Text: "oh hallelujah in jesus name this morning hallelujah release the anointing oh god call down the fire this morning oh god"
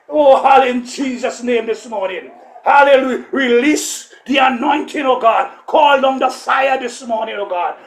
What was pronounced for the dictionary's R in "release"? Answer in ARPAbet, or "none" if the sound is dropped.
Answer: R